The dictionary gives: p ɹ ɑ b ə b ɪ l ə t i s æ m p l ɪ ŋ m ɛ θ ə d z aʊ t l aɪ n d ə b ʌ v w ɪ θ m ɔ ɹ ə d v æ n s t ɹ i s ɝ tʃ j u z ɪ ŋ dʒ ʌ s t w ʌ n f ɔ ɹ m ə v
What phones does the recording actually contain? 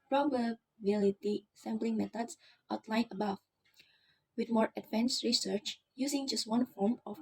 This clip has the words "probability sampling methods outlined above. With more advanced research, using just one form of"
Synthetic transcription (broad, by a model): p ɹ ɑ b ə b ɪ l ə t i s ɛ m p l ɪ ŋ m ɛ t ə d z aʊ t l aɪ n ə b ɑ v w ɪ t m ɔ ɹ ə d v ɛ n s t ɹ i s ɝ tʃ j u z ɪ ŋ dʒ ʌ s t w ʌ n f ɔ ɹ m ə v